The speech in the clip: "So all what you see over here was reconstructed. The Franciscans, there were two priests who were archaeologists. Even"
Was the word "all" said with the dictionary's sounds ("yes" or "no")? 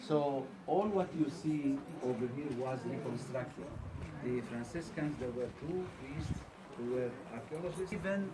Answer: yes